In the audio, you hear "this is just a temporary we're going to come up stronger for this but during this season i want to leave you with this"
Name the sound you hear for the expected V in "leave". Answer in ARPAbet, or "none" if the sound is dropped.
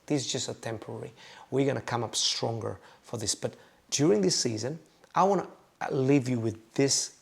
V